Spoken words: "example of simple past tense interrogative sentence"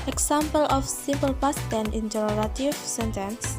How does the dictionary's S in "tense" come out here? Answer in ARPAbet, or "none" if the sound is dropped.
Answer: none